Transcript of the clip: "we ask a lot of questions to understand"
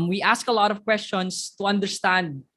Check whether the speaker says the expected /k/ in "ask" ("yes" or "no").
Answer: yes